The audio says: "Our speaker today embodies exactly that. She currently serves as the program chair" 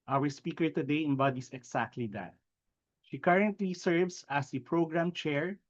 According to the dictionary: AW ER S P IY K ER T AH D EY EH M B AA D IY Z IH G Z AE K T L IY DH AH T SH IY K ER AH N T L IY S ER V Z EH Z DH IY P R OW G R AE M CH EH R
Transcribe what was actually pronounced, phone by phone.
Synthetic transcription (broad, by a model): AW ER S P IY K ER T AH D EY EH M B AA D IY S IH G S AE K T L IY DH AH T SH IY K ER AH N T L IY S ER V S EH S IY P R OW G R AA M CH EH R